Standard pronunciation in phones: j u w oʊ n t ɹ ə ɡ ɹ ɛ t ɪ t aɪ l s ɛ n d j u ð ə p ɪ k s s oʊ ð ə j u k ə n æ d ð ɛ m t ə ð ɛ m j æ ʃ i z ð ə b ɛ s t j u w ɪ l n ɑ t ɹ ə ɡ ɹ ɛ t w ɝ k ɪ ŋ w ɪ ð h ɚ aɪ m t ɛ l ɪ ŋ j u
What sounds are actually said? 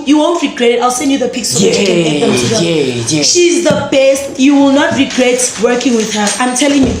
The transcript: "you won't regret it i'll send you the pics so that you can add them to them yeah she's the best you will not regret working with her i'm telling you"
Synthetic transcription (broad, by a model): j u w oʊ n t ɹ ə ɡ ɹ ɛ t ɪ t aɪ l s ɛ n d j u ð ə p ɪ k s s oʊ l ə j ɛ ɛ ʃ i z ð ə b ɛ s t j u w ɪ l n ɑ t ɹ ə ɡ ɹ ɛ t w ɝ k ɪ ŋ w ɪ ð h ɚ aɪ m t ɛ l ɪ ŋ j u